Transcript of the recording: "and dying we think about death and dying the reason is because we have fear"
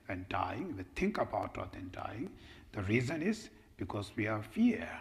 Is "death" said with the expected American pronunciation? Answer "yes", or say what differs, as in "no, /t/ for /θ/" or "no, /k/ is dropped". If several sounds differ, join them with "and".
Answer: no, /t/ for /θ/